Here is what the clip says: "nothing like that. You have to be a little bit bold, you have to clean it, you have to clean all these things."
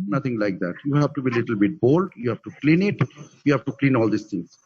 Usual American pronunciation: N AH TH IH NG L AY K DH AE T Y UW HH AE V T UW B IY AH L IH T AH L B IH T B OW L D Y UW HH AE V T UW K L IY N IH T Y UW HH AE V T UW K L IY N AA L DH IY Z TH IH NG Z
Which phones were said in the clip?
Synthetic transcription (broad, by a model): N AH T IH NG L AY K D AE T Y UW HH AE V T UW B IY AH L IH T AH L B IH T B OW L D Y UW HH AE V T UW K L IY N IH T Y UW HH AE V T UW K L IY N AA L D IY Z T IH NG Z